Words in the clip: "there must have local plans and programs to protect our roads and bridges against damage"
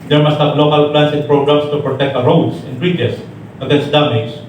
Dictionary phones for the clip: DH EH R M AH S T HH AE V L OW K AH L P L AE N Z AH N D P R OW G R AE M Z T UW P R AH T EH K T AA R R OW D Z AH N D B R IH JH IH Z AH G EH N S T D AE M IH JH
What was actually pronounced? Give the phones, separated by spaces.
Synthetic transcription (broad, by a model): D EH R M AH S T HH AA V L OW K AH L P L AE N S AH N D P R OW G R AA M S T UW P R AH T EH K T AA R R OW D S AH N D R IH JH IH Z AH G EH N S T D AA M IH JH